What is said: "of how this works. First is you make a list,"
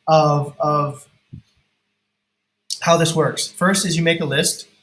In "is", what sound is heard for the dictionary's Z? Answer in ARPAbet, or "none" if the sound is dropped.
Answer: Z